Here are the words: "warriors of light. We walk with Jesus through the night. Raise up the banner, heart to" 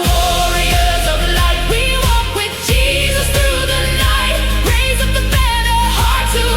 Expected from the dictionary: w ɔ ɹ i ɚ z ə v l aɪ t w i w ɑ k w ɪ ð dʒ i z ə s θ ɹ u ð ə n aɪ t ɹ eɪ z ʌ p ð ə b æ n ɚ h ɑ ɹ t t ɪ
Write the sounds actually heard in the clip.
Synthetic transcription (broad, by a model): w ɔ ɹ i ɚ z ə v l aɪ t w i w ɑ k w ɪ ð dʒ i z ə s θ ɹ u ð ə n aɪ t ɹ eɪ z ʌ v ð ə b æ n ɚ h ɑ ɹ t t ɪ